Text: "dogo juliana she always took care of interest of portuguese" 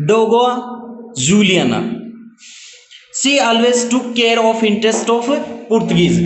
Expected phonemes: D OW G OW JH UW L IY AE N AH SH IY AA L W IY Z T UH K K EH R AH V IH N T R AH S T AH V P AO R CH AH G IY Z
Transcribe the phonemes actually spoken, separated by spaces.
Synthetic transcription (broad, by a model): D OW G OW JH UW L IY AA N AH S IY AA L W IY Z T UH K K EH R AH F IH N T R AH S T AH F P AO R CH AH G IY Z